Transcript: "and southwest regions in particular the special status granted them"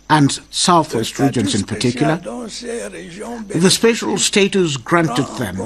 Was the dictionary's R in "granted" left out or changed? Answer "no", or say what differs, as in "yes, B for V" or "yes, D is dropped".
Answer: no